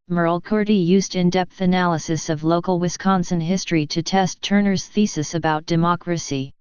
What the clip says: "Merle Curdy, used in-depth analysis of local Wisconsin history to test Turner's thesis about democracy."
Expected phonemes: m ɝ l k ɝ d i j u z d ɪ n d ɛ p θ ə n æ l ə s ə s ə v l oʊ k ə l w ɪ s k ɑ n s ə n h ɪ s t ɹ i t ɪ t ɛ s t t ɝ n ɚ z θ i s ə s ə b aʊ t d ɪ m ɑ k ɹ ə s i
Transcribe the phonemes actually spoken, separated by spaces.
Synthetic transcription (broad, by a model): m ɝ l k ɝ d i j u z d ɪ n d ɛ p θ ə n æ l ə s ə s ə v l oʊ k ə l w ɪ s k ɑ n s ə n h ɪ s t ɹ i t ɪ t ɛ s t t ɝ n ɚ z θ i s ə s ə b aʊ t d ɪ m ɑ k ɹ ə s i